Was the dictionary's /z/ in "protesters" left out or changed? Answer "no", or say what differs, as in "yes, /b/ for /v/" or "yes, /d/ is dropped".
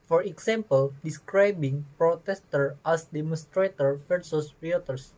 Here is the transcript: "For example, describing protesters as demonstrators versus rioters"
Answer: yes, /z/ is dropped